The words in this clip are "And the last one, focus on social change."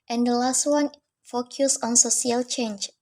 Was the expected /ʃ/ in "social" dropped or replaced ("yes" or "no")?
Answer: yes